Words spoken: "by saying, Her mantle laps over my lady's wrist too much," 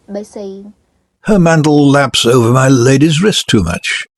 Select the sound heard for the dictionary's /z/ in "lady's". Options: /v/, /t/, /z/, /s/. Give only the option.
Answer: /z/